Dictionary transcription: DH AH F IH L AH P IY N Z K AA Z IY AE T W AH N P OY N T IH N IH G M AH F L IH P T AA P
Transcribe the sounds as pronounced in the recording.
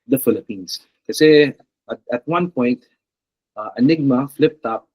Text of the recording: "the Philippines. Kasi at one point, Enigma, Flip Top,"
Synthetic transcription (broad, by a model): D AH F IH L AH P IY N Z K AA S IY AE T W AH N P OY N T IH N IH G M AH F L IH P T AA P